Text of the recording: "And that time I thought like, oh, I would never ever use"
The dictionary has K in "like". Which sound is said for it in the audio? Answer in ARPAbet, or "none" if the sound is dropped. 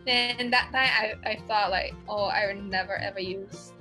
K